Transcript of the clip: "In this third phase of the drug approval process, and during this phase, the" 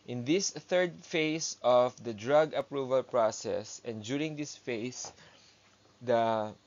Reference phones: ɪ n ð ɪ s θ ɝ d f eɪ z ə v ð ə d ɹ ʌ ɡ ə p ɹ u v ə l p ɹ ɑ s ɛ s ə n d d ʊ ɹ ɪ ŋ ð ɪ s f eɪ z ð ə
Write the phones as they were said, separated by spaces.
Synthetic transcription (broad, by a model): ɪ n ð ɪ s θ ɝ d f eɪ s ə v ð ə d ɹ ʌ ɡ ə p ɹ u v ə l p ɹ ɑ s ɛ s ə n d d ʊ ɹ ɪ ŋ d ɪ s f eɪ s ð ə